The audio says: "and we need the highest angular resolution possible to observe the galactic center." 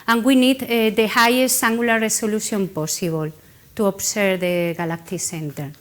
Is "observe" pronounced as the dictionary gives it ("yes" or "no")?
no